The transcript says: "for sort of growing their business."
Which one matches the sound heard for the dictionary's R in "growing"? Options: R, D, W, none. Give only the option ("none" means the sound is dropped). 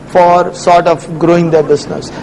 R